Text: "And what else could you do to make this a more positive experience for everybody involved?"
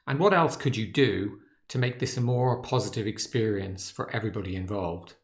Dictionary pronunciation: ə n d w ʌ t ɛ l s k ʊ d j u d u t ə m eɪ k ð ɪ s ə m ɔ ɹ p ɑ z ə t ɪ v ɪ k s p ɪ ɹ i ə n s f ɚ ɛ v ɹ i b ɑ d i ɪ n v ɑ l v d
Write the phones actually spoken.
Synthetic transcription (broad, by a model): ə n w ʌ t ɛ l s k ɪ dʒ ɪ d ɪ t ə m eɪ k ð ɪ s ə m ɔ ɹ p ɑ z ə t ɪ v ɪ k s p ɪ ɹ i ə n s f ɚ ɛ v ɹ i b ɑ d i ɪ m v ɑ l v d